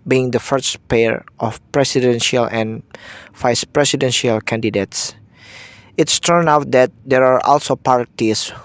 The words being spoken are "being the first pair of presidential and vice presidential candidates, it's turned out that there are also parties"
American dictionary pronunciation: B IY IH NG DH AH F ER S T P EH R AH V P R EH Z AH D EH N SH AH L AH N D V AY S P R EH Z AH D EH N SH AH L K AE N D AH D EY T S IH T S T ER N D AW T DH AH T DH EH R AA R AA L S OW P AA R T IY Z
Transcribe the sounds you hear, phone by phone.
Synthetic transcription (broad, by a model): B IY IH NG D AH F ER S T P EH R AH F P R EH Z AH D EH N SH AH L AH N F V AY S P R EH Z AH D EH N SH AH L K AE N D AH D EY T S IH T S T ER N AW T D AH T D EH R AA R AA L S OW P AA R T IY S